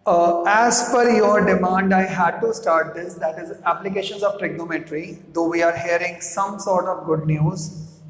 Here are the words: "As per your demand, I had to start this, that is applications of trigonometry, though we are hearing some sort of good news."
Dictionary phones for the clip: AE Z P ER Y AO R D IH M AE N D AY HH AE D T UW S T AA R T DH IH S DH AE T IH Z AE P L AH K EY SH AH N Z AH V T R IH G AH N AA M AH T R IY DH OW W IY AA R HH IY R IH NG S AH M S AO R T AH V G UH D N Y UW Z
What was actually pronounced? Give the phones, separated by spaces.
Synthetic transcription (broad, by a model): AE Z F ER Y AO R D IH M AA N D AY HH AE D T UW S T AA R T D IH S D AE T IH Z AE P L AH K EY SH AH N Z AH V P R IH G N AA M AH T R IY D OW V IY AA R HH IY R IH NG S AH M S AO R T AH V G UH D N Y UW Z